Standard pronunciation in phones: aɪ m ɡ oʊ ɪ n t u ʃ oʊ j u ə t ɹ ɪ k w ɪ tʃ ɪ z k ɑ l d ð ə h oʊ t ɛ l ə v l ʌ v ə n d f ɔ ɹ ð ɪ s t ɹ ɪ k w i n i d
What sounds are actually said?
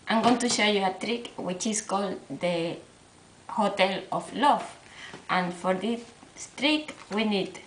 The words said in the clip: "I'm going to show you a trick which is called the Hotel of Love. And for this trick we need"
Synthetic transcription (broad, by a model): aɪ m ɡ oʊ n t u ʃ oʊ j u ə t ɹ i k w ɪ tʃ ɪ s k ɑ l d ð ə h oʊ t ɛ l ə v l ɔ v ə n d f ɔ ɹ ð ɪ s t ɹ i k w i n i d